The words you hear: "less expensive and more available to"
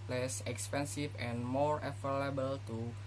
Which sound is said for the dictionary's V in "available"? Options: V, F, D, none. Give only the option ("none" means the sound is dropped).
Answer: F